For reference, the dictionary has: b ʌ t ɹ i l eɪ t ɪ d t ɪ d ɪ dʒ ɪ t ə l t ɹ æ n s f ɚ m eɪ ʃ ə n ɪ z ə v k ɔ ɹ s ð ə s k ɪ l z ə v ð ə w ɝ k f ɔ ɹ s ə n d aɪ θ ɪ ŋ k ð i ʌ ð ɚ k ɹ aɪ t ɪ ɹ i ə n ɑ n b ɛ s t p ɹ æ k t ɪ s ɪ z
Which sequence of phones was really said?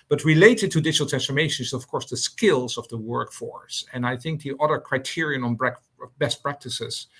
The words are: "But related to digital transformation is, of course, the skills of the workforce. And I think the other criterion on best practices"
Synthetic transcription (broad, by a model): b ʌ t ɹ i l eɪ t ɪ d t ɪ d ɪ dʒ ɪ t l t ɹ æ n s f ɚ m eɪ ʃ ə n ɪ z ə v k ɔ ɹ s ð ə s k ɪ l z ə v ð ə w ɝ k f ɔ ɹ s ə n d aɪ θ ɪ ŋ k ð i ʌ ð ɚ k ɹ aɪ t ɪ ɹ i ə n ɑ n b ɛ s t p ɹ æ k t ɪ s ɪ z